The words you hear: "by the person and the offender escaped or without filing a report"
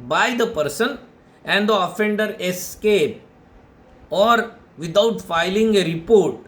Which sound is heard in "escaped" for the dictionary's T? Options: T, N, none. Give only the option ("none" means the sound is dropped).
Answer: none